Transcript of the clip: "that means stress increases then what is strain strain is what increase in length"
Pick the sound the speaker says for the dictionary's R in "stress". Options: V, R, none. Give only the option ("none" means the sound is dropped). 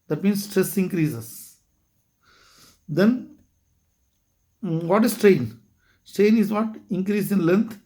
R